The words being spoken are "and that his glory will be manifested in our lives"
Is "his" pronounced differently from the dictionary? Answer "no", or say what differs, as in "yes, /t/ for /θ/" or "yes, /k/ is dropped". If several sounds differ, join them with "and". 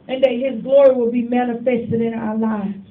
no